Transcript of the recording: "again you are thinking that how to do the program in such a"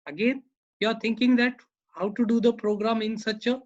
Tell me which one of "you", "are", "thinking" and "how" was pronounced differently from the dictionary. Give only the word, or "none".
thinking